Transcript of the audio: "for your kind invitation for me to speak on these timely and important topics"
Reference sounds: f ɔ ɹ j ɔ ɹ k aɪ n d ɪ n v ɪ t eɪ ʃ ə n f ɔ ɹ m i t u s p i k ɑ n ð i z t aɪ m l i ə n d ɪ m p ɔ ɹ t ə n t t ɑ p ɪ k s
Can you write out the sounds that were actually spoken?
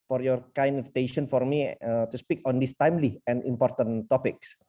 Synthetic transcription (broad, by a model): f ɔ ɹ j ɔ ɹ k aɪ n ɪ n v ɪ t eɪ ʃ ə n f ɔ ɹ m i t u s p i k ɑ n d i s t aɪ m l i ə n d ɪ m p ɔ ɹ t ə n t t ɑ p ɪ k s